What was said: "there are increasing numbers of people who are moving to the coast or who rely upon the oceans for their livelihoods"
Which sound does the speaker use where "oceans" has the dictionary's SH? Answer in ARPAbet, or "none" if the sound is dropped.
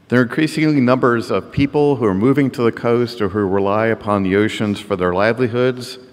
SH